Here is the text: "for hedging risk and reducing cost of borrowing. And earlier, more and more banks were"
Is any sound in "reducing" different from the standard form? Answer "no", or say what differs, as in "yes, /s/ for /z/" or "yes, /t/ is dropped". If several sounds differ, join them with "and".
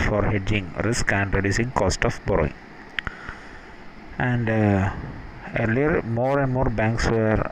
no